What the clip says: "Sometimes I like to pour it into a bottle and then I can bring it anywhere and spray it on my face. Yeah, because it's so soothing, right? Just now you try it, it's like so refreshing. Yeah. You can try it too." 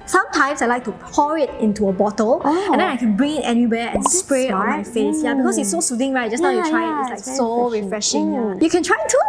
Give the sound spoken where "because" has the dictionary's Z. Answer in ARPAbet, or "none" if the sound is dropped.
S